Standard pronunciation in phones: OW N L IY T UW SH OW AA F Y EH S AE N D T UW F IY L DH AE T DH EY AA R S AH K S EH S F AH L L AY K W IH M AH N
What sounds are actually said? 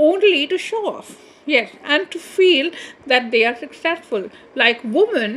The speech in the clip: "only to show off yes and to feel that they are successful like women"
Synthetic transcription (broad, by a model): OW N L IY T UW SH OW AA F Y EH S AE N D T UW F IY L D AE T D EY AA R S AH K S EH S F AH L L AY K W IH M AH N